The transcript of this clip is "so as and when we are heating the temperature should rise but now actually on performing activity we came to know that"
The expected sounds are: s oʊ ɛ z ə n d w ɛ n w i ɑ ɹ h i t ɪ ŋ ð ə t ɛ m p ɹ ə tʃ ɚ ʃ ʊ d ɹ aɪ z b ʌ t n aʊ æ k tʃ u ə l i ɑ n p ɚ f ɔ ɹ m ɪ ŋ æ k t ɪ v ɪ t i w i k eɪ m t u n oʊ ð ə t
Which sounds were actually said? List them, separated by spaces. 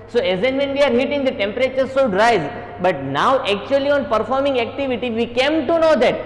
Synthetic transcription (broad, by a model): s oʊ ɛ z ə n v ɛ n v i ɑ ɹ h i t ɪ ŋ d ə t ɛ m p ɹ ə tʃ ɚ s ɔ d ɹ aɪ z b ʌ t n aʊ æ k tʃ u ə l i ɑ n p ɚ f ɔ ɹ m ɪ ŋ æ k t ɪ v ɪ t i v i k eɪ m t u n oʊ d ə t